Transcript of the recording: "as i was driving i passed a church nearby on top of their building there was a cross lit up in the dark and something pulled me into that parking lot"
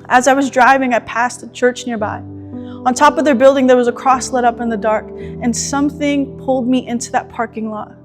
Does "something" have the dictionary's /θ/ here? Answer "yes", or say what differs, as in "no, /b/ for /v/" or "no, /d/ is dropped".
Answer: yes